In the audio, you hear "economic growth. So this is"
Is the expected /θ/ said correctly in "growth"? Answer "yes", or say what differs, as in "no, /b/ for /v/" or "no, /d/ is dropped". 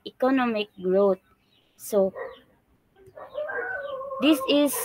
no, /t/ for /θ/